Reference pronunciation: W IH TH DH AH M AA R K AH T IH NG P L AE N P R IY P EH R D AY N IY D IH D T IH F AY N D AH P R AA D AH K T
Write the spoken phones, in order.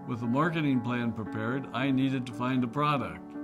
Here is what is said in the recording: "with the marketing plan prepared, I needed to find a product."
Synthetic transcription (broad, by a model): W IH DH AH M AA R K AH T IH NG P L AE N P R IY P EH R D AY N IY D IH D T IH F AY N D AH P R AA D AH K T